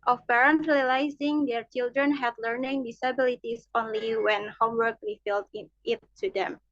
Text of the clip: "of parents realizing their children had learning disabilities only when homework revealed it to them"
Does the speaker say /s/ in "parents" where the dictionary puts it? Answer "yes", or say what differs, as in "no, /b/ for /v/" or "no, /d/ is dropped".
no, /s/ is dropped